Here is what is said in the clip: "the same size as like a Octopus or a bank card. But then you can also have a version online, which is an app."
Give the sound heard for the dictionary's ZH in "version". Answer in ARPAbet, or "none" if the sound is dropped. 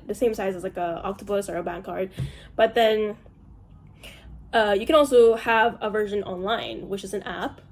ZH